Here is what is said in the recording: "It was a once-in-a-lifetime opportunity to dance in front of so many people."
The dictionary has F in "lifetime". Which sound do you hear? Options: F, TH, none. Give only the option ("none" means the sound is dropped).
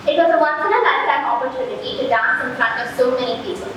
none